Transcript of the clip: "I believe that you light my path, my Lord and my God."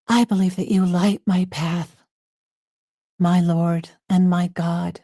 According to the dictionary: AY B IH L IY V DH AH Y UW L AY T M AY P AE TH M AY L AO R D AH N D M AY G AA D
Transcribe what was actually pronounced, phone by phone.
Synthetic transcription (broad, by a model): AY B IH L IY V DH AH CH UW L AY T M AY P AE TH M AY L AO R D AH N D M AY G AA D